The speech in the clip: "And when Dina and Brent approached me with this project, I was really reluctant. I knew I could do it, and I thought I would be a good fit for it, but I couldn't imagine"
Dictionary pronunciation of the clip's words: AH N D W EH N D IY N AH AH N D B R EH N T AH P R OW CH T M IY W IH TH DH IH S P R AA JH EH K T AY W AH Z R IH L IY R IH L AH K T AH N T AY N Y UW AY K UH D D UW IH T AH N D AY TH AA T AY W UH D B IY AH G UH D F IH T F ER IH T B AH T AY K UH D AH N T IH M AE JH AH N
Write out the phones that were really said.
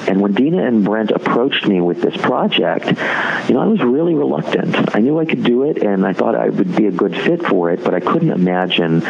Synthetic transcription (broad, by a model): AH N W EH N D IY N AH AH N B R EH N T AH P R OW CH T M IY W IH DH IH S P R AA JH EH K T AY W AH Z R IH L IY R IH L AH K T AH N T AY N Y UW AY K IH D D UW IH T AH N AY TH AA T AY W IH D B IY AH G UH D F IH T F ER IH T B AH T AY K UH D N T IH M AE JH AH N